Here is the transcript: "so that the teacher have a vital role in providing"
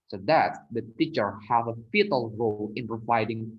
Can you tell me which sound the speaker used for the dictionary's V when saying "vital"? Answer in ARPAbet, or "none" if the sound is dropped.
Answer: F